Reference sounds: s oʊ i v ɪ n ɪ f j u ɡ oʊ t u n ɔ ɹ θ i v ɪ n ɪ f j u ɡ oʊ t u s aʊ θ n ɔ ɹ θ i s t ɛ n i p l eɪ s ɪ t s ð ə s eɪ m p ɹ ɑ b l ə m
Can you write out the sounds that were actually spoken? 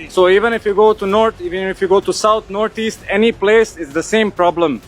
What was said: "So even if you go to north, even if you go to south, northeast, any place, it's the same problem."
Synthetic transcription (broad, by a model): s oʊ i v ɪ n ɪ f j u ɡ oʊ t u n ɔ ɹ t i v ɪ n ɪ f j u ɡ oʊ t u s aʊ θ n ɔ ɹ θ i s t ɛ n i p l eɪ s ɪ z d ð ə s eɪ m p ɹ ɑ b l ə m